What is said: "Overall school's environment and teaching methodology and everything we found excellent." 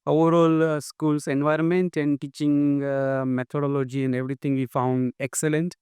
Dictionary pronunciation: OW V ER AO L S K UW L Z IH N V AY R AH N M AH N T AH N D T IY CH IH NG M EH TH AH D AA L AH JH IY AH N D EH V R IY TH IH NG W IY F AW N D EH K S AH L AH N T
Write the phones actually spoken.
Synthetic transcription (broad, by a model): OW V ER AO L S K UW L S IH N V AY R AH N M AH N T AH N D T IY CH IH NG M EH T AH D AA L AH JH IY AH N D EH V R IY T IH NG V IY F AW N D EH K S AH L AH N T